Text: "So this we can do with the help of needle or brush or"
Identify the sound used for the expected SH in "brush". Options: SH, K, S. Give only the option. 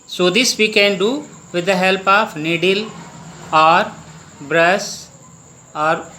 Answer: S